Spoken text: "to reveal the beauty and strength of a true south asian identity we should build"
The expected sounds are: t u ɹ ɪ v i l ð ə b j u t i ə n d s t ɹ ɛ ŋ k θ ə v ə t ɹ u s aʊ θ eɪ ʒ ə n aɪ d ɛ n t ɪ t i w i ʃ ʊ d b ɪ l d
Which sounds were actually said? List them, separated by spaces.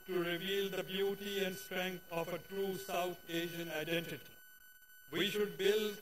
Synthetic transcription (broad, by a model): t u ɹ ɪ v i l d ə b j u t i ə n d s t ɹ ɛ ŋ k t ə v ə t ɹ u s aʊ t eɪ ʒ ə n aɪ d ɛ n t ɪ t i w i ʃ ʊ d b ɪ l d